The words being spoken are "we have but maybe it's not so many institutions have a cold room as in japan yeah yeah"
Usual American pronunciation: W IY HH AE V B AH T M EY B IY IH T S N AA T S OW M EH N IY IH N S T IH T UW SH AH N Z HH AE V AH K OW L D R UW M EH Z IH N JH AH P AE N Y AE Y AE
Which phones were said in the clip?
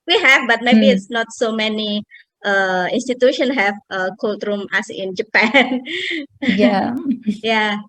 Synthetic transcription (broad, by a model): W IY HH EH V B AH T M EY B IY IH T S N AA T S OW M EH N IY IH N S T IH T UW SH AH N HH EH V AH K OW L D R UW M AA S IH N JH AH P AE N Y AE Y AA